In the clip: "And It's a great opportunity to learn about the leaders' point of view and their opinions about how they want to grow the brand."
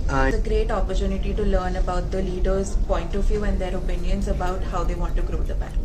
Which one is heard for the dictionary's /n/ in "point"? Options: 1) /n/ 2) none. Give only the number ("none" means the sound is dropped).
1